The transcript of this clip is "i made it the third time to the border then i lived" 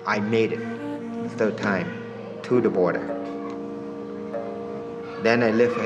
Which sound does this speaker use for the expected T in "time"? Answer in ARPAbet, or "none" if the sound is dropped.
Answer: T